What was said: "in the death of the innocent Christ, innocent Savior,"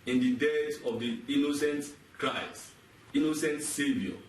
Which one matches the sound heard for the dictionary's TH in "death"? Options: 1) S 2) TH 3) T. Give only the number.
1